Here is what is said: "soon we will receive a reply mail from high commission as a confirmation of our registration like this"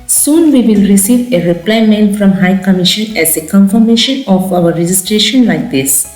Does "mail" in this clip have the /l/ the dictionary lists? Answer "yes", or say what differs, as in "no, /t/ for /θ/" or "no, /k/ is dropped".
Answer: no, /n/ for /l/